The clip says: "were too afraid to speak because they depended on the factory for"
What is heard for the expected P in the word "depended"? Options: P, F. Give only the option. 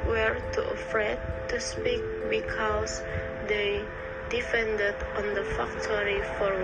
F